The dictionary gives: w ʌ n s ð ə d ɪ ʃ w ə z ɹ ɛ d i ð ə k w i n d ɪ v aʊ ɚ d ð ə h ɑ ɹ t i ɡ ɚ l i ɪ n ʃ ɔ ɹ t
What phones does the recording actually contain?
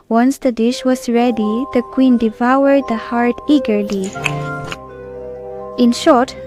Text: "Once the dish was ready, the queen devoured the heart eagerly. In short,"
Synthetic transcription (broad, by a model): w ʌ n s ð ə d ɪ ʃ w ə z ɹ ɛ d i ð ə k w i n d ɪ v aʊ ɚ d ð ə h ɑ ɹ t i ɡ ɚ l i ɪ n ʃ ɔ ɹ t